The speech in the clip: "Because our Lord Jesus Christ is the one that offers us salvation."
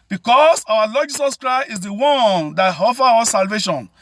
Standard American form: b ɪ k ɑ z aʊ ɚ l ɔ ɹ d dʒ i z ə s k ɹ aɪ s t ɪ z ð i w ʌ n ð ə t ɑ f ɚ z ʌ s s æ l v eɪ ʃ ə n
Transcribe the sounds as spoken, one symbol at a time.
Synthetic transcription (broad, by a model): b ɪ k ɑ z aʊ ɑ l ɔ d dʒ i s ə s k ɹ aɪ s t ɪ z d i w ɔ n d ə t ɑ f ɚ ɔ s s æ l v eɪ ʃ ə n